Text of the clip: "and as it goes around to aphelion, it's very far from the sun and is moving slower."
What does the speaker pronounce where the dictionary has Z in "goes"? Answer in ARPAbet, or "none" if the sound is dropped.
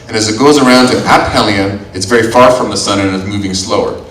Z